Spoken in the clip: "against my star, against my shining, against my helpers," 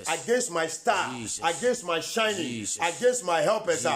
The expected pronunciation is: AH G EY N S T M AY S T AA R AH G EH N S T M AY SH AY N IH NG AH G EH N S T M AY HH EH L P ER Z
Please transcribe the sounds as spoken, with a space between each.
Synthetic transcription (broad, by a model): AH G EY N S T M AY S T AA AH G EH N S T M AY SH AY N IH NG AH G EH N S T M AY HH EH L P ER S